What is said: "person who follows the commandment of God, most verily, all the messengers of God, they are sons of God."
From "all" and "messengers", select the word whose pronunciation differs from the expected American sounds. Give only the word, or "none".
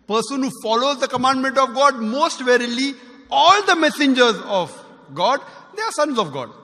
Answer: none